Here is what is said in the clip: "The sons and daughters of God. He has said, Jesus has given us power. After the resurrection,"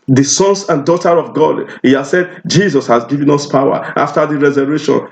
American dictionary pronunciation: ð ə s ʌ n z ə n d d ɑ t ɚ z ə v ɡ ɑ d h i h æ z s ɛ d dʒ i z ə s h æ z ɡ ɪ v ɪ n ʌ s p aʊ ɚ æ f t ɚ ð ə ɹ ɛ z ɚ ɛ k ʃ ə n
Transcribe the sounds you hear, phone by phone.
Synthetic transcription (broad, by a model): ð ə s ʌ n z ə n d d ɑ t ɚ ə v ɡ ɑ d h i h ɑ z s ɛ d dʒ i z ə s h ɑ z ɡ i v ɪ n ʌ s p aʊ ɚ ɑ f t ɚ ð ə ɹ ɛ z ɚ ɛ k ʃ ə n